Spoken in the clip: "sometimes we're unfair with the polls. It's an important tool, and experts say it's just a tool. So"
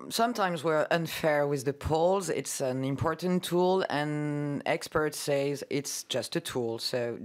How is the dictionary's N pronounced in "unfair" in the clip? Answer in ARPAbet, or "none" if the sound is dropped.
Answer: N